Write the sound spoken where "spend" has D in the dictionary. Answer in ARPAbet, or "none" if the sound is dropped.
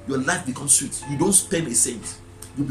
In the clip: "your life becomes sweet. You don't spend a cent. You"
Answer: none